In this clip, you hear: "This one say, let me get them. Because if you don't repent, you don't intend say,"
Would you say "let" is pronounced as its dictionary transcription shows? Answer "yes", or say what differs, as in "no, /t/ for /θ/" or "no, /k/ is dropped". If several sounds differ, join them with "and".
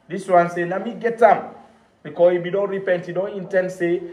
no, /n/ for /l/